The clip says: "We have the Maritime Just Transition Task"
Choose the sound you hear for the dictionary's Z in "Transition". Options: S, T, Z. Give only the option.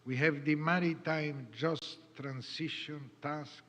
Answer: S